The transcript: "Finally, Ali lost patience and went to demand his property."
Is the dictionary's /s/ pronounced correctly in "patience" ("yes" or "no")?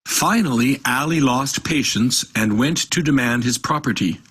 yes